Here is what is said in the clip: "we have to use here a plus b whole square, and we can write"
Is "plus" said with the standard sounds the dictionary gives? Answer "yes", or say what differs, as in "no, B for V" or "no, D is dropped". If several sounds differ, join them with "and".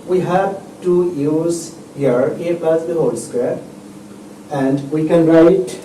no, L is dropped